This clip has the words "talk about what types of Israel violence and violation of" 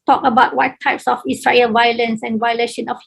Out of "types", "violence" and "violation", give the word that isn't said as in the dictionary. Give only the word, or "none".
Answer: none